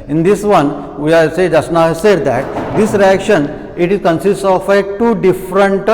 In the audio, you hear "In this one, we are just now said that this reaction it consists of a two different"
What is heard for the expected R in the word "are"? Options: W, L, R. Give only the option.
L